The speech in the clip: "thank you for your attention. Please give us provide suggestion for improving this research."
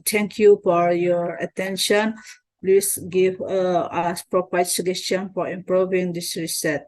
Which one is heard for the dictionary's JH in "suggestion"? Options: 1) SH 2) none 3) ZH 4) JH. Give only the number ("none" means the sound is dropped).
2